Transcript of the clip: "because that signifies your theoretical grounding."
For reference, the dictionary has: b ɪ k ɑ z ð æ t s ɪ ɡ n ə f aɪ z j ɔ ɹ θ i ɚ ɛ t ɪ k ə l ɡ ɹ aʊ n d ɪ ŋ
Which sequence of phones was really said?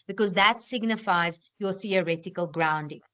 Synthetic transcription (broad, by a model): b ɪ k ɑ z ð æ t s ɪ ɡ n ə f aɪ z j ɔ θ i ɚ ɛ t ɪ k ə l ɡ ɹ aʊ n d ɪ ŋ